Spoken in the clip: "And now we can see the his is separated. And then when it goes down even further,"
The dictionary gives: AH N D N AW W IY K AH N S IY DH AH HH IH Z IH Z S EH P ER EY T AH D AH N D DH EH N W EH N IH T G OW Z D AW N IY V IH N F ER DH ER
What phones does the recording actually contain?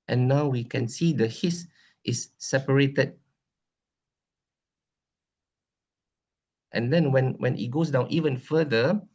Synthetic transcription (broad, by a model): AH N N AW W IY K AH N S IY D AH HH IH S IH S EH P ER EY T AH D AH N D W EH N W EH N IH T G OW S D AW N IY V IH N F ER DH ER